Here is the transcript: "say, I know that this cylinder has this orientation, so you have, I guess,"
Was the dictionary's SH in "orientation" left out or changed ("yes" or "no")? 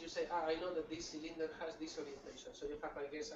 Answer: no